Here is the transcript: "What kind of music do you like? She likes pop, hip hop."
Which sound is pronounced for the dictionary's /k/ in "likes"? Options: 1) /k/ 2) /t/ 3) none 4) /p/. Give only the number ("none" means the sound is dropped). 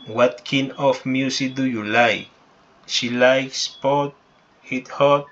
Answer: 1